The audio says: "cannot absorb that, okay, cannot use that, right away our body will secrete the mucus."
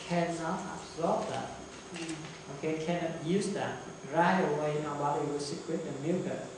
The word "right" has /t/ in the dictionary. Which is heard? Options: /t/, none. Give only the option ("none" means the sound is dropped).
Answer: none